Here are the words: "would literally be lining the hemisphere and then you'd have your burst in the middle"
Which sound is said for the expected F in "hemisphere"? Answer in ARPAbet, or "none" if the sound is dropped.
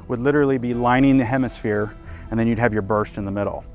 F